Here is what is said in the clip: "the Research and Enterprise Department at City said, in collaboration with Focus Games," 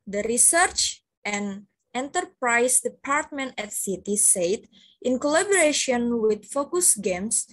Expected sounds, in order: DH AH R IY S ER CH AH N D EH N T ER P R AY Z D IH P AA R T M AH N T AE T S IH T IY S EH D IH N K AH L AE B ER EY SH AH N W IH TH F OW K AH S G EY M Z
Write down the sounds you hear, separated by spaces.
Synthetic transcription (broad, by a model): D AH R IY S ER CH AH N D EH N T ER P R AY S D IH P AA R T M AH N T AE T S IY T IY S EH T IH N K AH L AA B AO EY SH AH N W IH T F OW K AH S G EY M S